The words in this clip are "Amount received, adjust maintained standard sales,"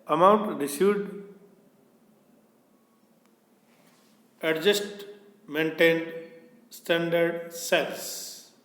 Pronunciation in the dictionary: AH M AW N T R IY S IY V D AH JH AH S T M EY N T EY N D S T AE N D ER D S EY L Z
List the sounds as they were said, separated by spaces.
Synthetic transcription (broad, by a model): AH M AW N T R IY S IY D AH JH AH S T M EY N T EY N D S T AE N D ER D S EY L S